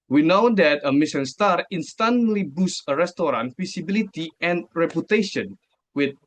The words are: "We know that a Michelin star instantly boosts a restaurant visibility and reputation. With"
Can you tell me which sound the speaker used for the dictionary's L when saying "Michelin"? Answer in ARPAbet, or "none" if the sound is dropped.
none